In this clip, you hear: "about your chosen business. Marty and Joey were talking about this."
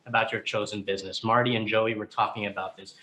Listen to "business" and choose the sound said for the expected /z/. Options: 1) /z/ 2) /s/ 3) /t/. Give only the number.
1